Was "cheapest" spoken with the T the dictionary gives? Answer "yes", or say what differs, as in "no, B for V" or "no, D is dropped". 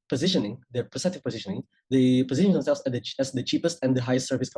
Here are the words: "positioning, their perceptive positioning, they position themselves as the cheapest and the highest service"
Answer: yes